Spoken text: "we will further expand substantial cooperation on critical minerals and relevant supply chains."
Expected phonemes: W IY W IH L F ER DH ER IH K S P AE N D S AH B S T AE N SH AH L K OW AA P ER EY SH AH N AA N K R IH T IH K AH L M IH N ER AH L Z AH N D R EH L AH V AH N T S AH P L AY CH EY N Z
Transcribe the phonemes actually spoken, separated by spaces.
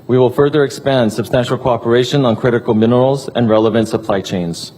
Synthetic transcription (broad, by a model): W IY W IH L F ER DH ER IH K S P AE N D S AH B S T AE N SH L K OW AA P ER EY SH AH N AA N K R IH T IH K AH L M IH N ER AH L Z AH N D R EH L AH V AH N T S AH P L AY CH EY N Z